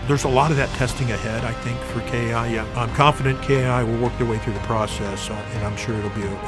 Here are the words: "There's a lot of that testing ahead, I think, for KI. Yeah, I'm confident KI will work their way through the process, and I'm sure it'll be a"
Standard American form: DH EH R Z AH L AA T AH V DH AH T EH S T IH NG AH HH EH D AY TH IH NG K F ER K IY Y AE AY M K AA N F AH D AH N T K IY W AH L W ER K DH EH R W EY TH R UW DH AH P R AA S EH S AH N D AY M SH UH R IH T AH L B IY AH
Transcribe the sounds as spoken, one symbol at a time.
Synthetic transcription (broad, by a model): DH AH R Z AH L AA T AH V DH AH T EH S T IH NG AH HH EH D AY TH IH NG K F ER K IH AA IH AY M K AA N F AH D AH N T K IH W AH L W ER K DH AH R W EY TH R UW DH AH P R AA S EH S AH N AY M SH UH R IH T L B IY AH